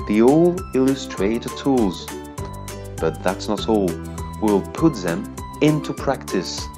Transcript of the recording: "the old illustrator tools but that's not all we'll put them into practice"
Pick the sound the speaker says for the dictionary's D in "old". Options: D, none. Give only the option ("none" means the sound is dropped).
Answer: none